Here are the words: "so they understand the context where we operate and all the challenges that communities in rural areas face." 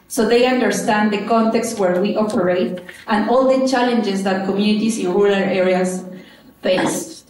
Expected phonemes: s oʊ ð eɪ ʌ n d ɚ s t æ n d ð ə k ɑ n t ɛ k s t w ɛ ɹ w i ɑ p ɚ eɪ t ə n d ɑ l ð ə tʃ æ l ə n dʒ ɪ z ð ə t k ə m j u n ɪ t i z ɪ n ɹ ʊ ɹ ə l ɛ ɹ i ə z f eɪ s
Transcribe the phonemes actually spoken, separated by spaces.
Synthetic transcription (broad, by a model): s oʊ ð eɪ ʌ n d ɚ s t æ n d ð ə k ɑ n t ɛ k s t w ɛ ɹ w i ɑ p ɚ eɪ t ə n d ɑ l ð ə tʃ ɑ l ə n dʒ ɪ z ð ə t k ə m j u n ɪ t i s ɪ n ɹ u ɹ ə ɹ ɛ ɹ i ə s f eɪ s